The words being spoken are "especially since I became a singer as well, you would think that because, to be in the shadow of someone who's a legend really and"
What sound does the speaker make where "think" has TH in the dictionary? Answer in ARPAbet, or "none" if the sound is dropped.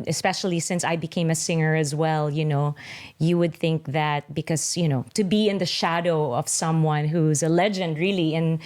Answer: TH